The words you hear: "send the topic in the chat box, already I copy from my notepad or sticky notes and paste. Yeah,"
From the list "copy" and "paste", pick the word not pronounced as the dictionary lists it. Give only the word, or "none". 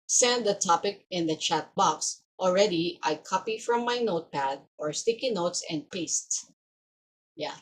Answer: none